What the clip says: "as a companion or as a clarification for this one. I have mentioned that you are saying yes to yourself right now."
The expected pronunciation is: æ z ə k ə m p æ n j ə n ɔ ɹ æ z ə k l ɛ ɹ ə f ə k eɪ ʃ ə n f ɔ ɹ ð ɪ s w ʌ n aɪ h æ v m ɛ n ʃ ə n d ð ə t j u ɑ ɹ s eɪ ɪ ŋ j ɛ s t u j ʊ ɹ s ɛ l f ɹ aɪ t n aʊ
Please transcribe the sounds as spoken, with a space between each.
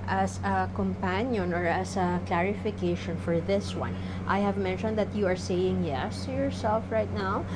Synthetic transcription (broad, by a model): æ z ə k ə m p æ n j ə n ɔ ɹ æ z ə k l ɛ ɹ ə f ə k eɪ ʃ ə n f ɔ ɹ ð ɪ s w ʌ n aɪ h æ v m ɛ n ʃ ə n d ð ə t j u ɑ ɹ s eɪ ɪ ŋ j ɛ s t u j ʊ ɹ s ɛ l f ɹ aɪ t n aʊ